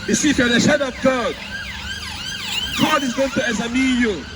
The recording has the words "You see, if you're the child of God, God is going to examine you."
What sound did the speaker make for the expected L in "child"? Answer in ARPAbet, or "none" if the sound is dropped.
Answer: none